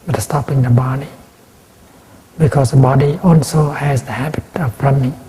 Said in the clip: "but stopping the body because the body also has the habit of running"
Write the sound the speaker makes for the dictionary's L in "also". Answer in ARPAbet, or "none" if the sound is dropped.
L